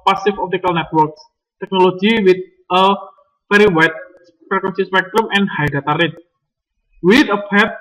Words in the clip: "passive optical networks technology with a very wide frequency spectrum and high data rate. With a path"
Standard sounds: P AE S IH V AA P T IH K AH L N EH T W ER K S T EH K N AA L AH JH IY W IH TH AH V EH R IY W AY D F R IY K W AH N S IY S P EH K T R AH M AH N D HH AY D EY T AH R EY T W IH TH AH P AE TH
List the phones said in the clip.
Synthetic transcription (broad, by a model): P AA S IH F AA P T IH K AH L N EH T W ER K S T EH K N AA L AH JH IY W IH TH AH F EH R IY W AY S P R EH K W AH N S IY S P EH K T R AH M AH N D HH AY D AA T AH R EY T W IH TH AH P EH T